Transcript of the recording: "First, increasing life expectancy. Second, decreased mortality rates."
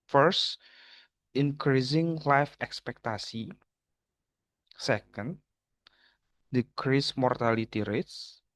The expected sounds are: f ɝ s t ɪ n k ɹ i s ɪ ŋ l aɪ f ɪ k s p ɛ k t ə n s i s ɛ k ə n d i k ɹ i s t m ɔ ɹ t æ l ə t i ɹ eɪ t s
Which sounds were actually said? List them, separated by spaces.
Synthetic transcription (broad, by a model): f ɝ s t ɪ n k ɹ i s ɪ ŋ l aɪ f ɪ k s p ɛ k t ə s i s ɛ k ə n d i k ɹ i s m ɔ ɹ t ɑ l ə t i ɹ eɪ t s